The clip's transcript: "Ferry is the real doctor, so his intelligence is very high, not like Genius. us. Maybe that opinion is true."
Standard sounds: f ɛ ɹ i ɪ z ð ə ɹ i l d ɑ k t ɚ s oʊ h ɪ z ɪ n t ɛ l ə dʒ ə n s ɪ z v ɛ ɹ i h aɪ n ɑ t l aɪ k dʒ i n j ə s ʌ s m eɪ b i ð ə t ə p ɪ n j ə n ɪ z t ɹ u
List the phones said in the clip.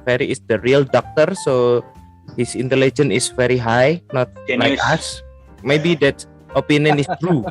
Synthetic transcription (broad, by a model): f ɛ ɹ i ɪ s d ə ɹ i l d ɑ k t ɚ s oʊ h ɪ s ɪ n t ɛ l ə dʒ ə n ɪ s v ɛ ɹ i h aɪ n ɑ t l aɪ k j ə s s m eɪ b i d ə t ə p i n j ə n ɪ s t ɹ u